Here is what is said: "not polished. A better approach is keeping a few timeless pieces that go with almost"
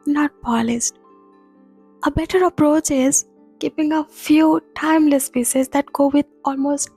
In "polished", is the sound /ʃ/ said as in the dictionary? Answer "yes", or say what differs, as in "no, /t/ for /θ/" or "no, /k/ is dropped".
no, /s/ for /ʃ/